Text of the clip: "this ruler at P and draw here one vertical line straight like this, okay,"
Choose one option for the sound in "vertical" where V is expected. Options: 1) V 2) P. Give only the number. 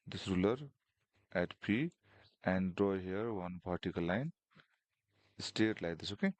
2